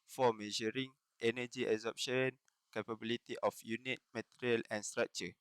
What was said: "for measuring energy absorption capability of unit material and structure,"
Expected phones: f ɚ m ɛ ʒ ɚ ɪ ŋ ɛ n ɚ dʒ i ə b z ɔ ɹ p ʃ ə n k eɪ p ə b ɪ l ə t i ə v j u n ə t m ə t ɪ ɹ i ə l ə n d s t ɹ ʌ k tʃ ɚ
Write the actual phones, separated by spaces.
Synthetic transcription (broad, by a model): f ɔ m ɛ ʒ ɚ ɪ ŋ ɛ n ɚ dʒ i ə z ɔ p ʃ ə n k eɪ p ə b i l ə t i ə f j u n ə t m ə t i ɹ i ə l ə n s t ɹ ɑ k tʃ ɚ